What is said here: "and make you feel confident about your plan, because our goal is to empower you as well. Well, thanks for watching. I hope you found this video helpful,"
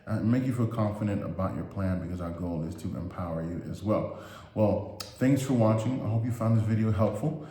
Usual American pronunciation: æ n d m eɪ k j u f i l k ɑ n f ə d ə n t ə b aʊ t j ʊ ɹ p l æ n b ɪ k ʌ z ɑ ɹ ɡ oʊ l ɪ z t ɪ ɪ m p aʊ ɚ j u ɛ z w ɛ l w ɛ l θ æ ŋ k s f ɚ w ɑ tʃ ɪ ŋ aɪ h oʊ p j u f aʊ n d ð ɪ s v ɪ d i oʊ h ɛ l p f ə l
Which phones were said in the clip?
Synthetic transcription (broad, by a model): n m eɪ k j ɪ f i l k ɑ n f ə d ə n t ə b aʊ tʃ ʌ ɹ p l æ n b ɪ k ʌ z ɑ ɹ ɡ oʊ l ɪ z t ɪ ɪ m p aʊ ɚ j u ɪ z w ɛ l w ɛ l θ æ ŋ k s f ɚ w ɑ tʃ ɪ ŋ aɪ h oʊ p j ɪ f aʊ n ð ɪ s v ɪ d i oʊ h ɛ l p f l